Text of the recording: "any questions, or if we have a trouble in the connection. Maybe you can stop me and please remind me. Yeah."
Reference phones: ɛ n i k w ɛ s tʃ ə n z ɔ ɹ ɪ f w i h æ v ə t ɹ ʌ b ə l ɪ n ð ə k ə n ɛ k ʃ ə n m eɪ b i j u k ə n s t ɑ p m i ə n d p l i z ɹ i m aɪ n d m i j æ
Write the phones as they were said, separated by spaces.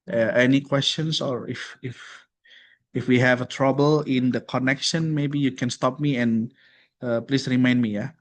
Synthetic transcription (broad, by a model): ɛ n i k w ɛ s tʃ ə n s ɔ ɹ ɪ f w i h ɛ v ə t ɹ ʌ b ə l ɪ n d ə k ə n ɛ k ʃ ə n m eɪ b i j u k ə n s t ɑ p m i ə n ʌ p l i s ɹ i m aɪ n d m i j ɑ